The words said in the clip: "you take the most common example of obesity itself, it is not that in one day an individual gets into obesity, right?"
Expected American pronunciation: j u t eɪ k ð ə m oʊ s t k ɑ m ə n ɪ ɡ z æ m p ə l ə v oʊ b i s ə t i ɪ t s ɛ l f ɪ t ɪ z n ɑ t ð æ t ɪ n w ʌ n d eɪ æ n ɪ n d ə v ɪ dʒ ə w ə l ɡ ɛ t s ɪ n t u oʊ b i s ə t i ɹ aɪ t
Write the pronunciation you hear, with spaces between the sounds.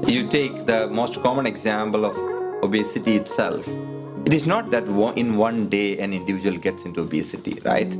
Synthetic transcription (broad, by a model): j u t eɪ k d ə m oʊ s t k ɑ m ə n ɪ ɡ z æ m p ə l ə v oʊ b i s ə t i ɪ t s ɛ l f ɪ t ɪ z n ɑ t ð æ t ɪ n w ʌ n d eɪ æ n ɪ n d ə v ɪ dʒ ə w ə l ɡ ɛ t s ɪ n t u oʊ b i s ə t i ɹ aɪ t